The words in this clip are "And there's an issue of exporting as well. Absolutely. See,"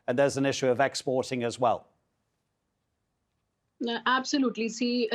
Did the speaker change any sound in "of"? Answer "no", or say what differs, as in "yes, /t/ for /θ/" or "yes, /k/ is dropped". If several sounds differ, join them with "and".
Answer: no